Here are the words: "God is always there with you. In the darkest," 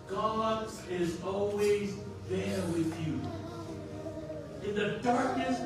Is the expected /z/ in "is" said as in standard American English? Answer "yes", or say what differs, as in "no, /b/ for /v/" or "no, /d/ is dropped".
yes